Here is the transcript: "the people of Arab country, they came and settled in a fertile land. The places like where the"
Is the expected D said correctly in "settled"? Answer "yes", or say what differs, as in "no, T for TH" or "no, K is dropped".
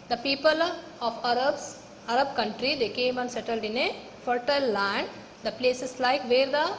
yes